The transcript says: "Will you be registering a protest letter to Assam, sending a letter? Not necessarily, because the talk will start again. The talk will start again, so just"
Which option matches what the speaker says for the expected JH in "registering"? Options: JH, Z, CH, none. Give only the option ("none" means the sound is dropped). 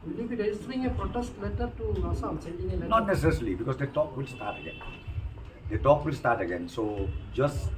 none